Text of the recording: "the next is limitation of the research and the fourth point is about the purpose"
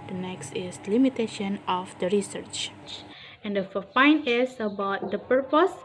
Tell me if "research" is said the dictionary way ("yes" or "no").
yes